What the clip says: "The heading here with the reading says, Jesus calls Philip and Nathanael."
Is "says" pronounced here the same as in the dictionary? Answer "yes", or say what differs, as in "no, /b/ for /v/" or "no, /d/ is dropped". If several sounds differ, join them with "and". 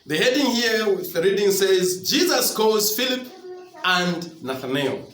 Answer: yes